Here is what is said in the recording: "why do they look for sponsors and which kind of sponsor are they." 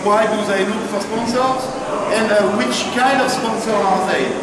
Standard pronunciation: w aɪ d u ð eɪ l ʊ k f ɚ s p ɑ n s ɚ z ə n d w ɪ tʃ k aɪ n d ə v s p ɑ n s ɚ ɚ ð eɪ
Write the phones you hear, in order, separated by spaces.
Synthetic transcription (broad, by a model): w aɪ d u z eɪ n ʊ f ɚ s p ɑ n s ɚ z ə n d w ɪ tʃ k aɪ n d ə v s p ɑ n s ɚ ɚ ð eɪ